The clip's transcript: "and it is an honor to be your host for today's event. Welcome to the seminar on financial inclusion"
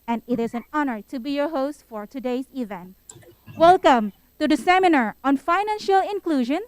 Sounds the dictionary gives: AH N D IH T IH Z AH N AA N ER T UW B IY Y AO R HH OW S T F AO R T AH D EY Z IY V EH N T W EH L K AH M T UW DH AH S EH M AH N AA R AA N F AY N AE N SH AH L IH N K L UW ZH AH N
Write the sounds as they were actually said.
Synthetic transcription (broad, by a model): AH N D IH T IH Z AH N AA N ER T UW B IY Y AO R HH OW S T F AO R T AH D EY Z IY V EH N T W EH L K AH M T UW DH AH S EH M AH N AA R AA N F AY N AE N SH AH L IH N K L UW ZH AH N